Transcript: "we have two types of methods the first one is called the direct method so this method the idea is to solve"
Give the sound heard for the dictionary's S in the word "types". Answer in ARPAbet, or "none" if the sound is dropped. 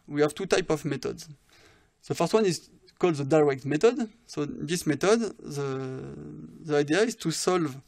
none